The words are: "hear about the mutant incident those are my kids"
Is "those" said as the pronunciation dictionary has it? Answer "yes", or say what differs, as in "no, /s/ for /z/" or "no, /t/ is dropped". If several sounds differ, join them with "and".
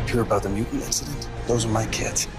yes